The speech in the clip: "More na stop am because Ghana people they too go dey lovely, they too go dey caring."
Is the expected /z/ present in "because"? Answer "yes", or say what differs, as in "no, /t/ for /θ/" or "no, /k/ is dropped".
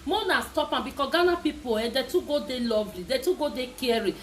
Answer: no, /z/ is dropped